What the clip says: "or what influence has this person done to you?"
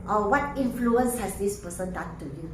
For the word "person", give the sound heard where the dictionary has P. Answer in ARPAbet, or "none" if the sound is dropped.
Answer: P